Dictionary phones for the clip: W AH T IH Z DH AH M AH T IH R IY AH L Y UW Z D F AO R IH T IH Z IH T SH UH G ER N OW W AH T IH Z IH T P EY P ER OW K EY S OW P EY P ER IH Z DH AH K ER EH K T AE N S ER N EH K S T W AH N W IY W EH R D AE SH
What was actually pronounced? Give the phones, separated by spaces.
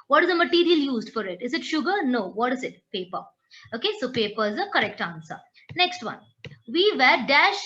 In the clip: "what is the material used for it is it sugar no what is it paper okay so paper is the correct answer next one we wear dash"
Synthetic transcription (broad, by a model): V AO T IH Z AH M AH T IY R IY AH L Y UW Z D F AO R IH T IH Z IH T SH UH G ER N OW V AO T IH Z IH T P EY P ER OW K EY S OW P EY P ER IH Z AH K ER EH K T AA N S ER N EH K S T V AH N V IY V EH R D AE SH